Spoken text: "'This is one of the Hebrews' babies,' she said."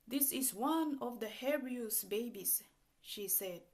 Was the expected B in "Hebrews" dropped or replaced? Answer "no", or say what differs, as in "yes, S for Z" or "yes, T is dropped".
yes, B is dropped